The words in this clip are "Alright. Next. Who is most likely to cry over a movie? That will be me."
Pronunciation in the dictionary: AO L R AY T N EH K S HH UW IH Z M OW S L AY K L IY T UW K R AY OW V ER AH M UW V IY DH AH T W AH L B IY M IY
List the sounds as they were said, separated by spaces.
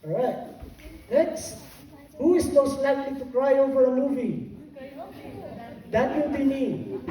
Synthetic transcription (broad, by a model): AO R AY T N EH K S HH UW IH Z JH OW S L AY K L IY T UW K R AY OW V ER AH M UW V IY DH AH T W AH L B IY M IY